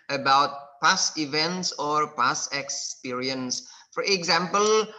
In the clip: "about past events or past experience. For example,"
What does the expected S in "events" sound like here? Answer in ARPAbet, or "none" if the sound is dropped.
S